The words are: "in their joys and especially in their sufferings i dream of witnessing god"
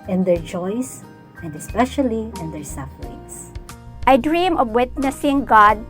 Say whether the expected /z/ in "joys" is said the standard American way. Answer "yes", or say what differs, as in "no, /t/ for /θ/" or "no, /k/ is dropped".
no, /s/ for /z/